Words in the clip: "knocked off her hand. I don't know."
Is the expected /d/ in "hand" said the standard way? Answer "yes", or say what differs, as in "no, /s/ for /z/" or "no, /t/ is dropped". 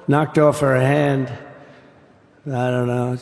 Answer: yes